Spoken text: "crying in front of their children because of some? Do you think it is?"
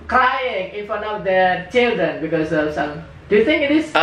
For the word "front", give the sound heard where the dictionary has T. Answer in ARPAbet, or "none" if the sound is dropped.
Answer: none